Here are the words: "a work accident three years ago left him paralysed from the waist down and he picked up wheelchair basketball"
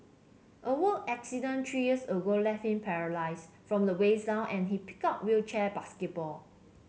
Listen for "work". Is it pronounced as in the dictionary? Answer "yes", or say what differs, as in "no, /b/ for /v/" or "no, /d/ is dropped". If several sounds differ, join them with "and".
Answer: no, /k/ is dropped